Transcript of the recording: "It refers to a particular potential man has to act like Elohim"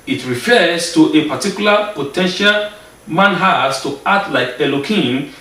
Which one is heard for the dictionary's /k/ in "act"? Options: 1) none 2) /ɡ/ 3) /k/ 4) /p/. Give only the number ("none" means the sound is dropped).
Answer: 1